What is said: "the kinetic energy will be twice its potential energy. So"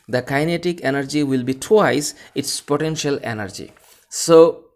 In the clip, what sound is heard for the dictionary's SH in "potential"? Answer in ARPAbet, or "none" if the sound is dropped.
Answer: SH